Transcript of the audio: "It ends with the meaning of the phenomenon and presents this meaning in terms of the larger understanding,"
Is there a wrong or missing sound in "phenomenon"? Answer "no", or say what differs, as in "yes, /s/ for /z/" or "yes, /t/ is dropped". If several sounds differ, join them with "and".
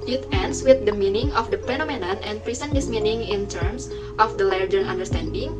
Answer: yes, /p/ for /f/